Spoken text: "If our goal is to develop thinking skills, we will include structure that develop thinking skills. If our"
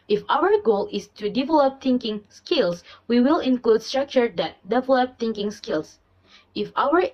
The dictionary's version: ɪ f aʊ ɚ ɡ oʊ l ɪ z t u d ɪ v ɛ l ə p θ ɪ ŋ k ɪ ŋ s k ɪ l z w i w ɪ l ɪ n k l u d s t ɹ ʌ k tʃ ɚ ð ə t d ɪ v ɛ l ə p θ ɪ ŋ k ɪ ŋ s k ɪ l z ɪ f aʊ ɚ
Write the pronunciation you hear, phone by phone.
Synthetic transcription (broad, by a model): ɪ f aʊ ɚ ɡ oʊ l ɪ s t u d ɪ v ɛ l ə p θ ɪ ŋ k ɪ ŋ s k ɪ l s w i w ɪ l ɪ n k l u d s t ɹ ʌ k tʃ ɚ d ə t d ɪ v ɛ l ə p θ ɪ ŋ k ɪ ŋ s k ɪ l s ɪ f aʊ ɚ